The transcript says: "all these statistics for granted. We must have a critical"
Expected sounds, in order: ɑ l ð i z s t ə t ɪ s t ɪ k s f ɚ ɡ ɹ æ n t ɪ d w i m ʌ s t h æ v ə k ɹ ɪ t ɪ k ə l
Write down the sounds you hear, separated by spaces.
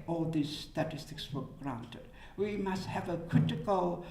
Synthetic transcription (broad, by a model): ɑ l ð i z s t ə t ɪ s t ɪ k s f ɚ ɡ ɹ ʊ n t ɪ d w i m ʌ s t h æ v ə k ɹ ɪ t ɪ k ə l